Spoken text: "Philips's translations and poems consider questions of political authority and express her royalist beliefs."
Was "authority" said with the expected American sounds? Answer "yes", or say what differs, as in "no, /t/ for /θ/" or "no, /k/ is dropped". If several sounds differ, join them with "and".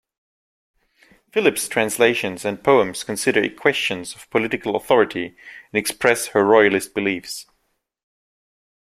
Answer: yes